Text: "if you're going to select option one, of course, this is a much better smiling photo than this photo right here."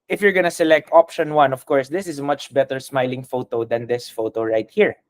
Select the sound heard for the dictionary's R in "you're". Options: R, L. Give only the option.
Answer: R